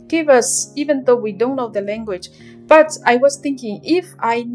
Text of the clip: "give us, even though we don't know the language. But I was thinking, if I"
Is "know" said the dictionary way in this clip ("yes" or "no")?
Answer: no